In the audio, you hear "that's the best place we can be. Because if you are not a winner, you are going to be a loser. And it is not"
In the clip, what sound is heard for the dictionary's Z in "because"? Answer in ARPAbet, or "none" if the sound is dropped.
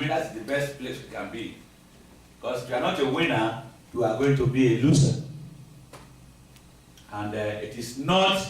S